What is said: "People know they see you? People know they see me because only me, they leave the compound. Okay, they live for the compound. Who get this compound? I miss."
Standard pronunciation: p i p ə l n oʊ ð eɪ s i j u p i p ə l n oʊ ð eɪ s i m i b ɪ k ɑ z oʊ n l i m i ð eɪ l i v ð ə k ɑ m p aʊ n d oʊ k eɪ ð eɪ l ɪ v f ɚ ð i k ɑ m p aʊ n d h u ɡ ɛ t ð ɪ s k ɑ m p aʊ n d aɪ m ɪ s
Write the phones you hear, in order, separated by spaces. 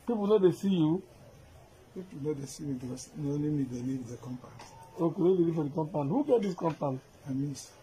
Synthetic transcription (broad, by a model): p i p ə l n oʊ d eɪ s i j u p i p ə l n oʊ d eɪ s i m i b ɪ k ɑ s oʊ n i m i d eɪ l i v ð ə k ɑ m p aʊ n oʊ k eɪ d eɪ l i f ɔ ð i k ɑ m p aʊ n h u ɡ ɛ t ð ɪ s k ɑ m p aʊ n aɪ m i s